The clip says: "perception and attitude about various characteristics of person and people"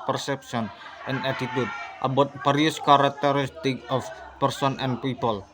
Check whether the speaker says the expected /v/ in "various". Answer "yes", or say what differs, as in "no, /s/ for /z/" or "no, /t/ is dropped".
no, /b/ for /v/